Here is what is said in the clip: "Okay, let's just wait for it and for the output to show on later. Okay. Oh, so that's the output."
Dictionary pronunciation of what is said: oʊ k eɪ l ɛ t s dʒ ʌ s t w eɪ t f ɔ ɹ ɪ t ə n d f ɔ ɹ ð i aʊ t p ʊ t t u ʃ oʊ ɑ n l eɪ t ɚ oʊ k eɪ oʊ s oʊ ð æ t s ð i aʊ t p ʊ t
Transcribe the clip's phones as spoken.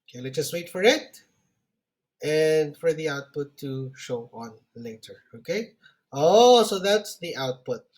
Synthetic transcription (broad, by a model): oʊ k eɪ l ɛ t dʒ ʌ s t w eɪ t f ɔ ɹ ɪ t ə n d f ɔ ɹ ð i aʊ t p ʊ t t u ʃ oʊ ɑ n l eɪ t ɚ oʊ k eɪ oʊ s oʊ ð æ t s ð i aʊ t p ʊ t